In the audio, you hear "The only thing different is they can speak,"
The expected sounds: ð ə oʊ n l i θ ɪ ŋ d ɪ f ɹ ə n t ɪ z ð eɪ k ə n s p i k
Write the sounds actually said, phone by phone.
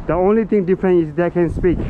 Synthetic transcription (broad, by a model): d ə oʊ n l i t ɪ ŋ d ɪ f ɹ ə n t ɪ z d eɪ k ə n s p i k